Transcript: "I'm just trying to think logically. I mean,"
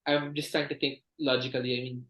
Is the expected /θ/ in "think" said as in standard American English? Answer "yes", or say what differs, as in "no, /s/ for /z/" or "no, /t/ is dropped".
no, /t/ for /θ/